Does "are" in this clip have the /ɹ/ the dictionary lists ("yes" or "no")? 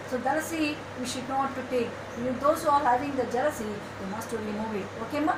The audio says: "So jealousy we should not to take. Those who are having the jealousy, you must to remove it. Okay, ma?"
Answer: no